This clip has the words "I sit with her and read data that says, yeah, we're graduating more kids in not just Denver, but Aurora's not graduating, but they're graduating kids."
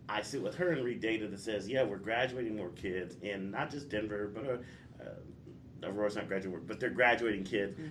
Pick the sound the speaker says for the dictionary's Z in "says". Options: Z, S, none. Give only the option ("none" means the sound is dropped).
Z